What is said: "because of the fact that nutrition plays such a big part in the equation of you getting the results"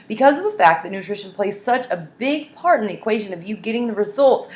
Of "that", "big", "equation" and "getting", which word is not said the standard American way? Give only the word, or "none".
none